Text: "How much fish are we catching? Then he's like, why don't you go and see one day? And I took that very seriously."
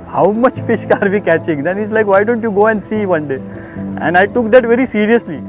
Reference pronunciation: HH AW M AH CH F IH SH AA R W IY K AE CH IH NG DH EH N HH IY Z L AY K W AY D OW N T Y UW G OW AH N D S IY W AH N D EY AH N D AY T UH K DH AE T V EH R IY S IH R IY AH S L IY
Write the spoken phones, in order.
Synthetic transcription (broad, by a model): HH AW M AH CH F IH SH AA R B IY K AE CH IH NG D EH N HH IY S L AY K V AY D OW N T Y UW G OW AH N D S IY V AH N D EY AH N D AY T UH K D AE T V EH R IY S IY R IY AH S L IY